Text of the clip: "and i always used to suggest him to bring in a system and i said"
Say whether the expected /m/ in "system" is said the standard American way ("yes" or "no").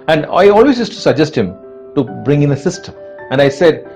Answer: no